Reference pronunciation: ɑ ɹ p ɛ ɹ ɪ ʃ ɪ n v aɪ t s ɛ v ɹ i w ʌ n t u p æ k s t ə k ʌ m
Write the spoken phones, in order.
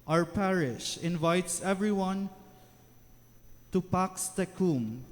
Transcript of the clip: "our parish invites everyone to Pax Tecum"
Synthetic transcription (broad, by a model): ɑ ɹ p ɛ ɹ ɪ ʃ ɪ n v aɪ t s ɛ v ɹ i w ʌ n t u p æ k s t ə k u m